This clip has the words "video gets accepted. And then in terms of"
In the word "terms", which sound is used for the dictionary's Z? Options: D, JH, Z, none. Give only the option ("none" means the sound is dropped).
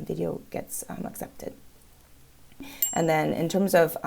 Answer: Z